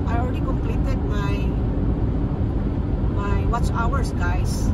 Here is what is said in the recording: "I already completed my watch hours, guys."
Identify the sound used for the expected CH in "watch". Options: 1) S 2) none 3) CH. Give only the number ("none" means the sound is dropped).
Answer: 1